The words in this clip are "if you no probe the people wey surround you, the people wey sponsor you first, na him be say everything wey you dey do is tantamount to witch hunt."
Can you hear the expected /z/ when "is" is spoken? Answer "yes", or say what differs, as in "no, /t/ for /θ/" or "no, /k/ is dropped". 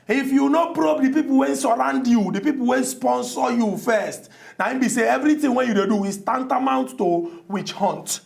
no, /s/ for /z/